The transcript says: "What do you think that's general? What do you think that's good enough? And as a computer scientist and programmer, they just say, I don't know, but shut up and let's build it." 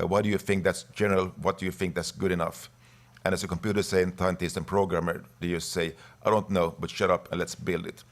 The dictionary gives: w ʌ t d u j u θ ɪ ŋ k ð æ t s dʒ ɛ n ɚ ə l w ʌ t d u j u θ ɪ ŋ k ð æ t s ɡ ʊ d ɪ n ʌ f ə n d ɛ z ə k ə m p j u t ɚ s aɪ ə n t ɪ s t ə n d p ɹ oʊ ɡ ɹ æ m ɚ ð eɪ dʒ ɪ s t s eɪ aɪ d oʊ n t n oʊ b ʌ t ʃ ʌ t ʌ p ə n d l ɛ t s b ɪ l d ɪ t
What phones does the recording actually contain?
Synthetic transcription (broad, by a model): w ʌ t d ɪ j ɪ θ ɪ ŋ k ð æ t s dʒ ɛ n ɚ ə l w ʌ t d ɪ j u θ ɪ ŋ k ð æ t s ɡ ʊ d ɪ n ʌ f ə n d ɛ s ə k ə m p j u t ɚ s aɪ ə n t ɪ s t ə n p ɹ oʊ ɡ ɹ æ m ɚ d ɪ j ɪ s s eɪ aɪ d oʊ n t n oʊ b ʌ t ʃ ʌ t ʌ p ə n l ɛ t s b ɪ l d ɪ t